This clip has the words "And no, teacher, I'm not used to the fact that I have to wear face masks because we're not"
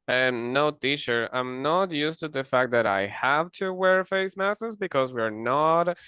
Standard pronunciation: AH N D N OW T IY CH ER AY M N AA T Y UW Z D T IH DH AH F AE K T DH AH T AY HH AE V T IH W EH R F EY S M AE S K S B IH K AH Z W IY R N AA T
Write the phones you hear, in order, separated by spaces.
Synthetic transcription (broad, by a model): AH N N OW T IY SH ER AY M N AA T Y UW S T IH DH AH F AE K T DH AH T AY HH AE V T IH W EH R F EY S M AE S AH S B IH K AH Z W IY R N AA T